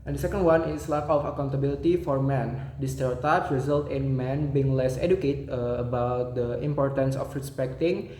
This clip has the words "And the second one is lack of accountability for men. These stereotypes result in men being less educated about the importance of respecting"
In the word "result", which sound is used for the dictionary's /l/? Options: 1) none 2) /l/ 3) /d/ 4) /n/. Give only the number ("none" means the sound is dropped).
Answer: 2